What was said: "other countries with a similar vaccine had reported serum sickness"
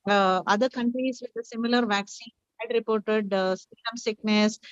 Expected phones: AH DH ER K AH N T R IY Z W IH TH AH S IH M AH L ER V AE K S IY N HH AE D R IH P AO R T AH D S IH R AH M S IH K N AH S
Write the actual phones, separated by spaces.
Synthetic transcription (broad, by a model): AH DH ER K AH N T R IY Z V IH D AH S IH M AH L ER V AE K S IY N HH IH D R IH P AO R T AH D S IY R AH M S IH K N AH S